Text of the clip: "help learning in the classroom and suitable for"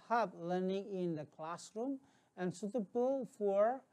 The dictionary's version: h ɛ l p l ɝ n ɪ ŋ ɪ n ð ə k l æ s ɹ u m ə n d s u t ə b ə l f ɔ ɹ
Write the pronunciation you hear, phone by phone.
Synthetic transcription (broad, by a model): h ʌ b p l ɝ n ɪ ŋ ɪ n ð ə k l æ s ɹ u m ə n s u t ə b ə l f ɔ ɹ